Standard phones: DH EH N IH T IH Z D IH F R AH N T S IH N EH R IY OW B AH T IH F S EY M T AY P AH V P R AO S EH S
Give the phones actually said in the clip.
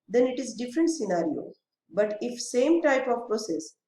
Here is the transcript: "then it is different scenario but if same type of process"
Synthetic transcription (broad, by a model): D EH N IH T IH Z D IH F R AH N T S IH N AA R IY OW B AH T IH F S EY M T AY P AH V P R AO S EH S